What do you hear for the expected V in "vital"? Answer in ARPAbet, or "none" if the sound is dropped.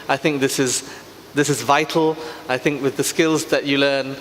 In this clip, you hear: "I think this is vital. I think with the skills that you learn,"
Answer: V